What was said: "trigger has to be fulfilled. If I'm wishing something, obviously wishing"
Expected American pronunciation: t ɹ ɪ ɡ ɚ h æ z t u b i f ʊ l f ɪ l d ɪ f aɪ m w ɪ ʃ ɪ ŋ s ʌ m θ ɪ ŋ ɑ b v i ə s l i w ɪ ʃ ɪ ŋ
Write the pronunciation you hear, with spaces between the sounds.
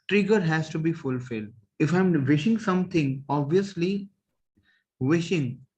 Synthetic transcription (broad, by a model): t ɹ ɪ ɡ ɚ h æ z t u b i f ʊ l f ɪ l d ɪ f aɪ m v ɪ ʃ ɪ ŋ s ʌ m t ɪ ŋ ɑ b v i ə s l i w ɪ ʃ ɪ ŋ